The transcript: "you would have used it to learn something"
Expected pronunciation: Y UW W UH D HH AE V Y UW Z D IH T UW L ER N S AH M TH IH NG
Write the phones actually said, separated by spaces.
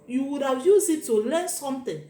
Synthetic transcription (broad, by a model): Y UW W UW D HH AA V Y UW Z IH T UW L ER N S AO M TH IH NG